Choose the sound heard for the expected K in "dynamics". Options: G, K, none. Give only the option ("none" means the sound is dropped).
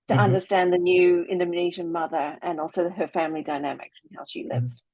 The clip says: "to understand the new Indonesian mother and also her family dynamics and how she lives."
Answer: K